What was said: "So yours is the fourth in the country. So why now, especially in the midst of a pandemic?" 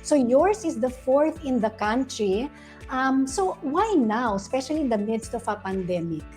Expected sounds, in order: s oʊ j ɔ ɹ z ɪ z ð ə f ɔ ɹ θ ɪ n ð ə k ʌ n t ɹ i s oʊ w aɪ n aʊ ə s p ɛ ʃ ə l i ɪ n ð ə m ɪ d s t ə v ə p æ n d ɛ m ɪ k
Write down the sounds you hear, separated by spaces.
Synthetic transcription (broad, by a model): s oʊ j ɔ ɹ s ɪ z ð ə f ɔ ɹ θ ɪ n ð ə k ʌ n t ɹ i s oʊ w aɪ n aʊ ə s p ɛ ʃ ə l i ɪ n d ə m ɪ d s t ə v ə p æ n d ɛ m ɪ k